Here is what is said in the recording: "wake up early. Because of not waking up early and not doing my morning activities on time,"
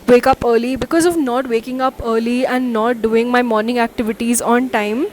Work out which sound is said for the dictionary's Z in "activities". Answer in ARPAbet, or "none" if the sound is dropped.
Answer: Z